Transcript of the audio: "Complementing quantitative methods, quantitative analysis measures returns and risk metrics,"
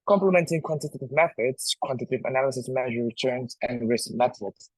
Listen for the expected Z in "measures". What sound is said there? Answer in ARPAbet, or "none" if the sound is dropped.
none